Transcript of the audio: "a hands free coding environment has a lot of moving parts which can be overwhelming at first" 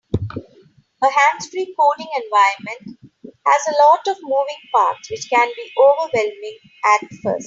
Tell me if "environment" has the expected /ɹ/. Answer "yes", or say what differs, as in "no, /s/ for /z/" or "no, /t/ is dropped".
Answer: no, /ɹ/ is dropped